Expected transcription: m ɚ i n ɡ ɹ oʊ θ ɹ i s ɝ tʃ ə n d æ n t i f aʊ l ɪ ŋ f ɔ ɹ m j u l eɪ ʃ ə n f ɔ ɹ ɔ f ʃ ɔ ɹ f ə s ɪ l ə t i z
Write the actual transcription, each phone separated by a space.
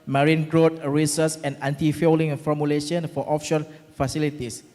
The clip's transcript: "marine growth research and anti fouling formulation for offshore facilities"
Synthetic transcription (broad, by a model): m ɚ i n ɡ ɹ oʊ t ɹ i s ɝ s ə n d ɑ n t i f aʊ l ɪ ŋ f ɔ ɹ m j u l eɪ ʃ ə n f ɔ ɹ ɔ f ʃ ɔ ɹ f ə s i l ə t i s